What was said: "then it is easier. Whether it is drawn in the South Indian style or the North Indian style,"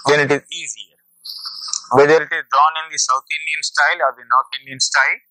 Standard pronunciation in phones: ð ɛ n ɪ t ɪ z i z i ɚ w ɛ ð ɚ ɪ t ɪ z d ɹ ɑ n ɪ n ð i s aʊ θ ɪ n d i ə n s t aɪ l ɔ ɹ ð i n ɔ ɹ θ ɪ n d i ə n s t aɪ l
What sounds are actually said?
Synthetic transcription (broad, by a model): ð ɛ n ɪ t ɪ z i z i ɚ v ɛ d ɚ ɪ t ɪ z d ɹ ɑ n ɪ n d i s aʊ t ɪ n d i ə n s t aɪ l ɔ ɹ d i n ɔ ɹ t ɪ n d i ə n s t aɪ l